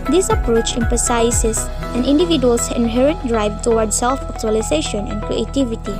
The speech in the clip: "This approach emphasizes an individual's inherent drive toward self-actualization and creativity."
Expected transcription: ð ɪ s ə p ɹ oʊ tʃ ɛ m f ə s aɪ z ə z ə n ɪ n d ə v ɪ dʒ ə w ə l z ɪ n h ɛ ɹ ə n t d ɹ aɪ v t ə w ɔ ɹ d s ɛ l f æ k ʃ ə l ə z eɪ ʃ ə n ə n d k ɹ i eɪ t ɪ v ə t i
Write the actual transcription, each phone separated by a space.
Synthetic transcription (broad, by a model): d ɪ s ə p ɹ oʊ tʃ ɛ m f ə s aɪ s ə s ə n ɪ n d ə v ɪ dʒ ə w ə l s ɪ n h ɛ ɹ ə n t d ɹ aɪ v t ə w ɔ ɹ d s ɛ l f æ k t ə l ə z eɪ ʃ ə n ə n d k ɹ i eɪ t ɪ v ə t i